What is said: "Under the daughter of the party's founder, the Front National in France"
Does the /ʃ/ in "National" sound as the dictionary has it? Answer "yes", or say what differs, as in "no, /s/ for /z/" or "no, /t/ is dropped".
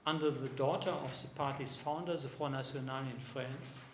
no, /s/ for /ʃ/